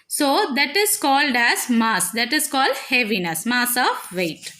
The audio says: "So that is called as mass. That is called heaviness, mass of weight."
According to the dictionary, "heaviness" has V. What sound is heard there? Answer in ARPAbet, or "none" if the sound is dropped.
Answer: V